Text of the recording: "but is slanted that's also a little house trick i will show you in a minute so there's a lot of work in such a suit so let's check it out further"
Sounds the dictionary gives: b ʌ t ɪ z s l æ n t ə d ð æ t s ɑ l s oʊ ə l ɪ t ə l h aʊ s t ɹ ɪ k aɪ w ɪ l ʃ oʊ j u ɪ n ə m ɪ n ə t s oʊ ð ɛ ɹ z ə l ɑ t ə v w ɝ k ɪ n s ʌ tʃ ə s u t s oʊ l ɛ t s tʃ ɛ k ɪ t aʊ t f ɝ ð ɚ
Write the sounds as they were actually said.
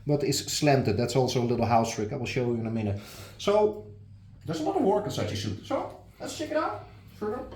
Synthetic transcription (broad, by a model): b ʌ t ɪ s s l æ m t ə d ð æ t s ɑ l s oʊ ə l ɪ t l h aʊ s t ɹ ɪ k aɪ w ɪ l ʃ oʊ j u ɪ n ə m ɪ n ə t s oʊ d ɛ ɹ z ə n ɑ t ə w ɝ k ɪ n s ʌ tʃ ə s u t s oʊ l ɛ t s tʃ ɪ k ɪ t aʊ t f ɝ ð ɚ